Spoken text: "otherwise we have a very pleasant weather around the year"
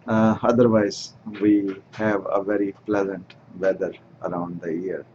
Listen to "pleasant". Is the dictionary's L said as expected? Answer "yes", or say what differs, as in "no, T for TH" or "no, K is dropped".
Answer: yes